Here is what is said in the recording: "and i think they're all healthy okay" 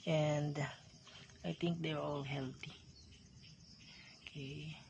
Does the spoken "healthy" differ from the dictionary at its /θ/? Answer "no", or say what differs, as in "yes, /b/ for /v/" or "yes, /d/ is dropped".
yes, /t/ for /θ/